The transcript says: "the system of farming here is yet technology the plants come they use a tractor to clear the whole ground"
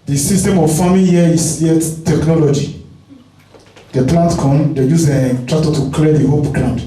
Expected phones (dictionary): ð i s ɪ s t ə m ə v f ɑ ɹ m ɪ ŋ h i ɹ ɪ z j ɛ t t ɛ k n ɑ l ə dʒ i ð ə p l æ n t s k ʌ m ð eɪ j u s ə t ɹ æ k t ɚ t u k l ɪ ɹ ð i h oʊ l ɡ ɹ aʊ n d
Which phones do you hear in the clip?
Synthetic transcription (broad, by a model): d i s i s t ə m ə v f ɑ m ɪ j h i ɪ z j ɛ t t ɛ k n ɑ l ə dʒ i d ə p l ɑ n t k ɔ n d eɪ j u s ə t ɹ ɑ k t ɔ t u k l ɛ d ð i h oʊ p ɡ ɹ aʊ n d